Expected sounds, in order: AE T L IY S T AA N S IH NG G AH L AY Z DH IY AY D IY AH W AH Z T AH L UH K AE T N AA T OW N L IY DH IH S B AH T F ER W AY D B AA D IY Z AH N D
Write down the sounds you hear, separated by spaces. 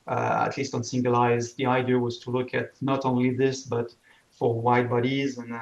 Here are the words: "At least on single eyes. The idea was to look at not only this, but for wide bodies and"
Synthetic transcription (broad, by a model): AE T L IY S T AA N S IH NG G AH L AY Z DH IY AY D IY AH W AH Z T AH L UH K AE T N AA T OW N L IY DH IH S B AH T F ER W AY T B AA D IY Z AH N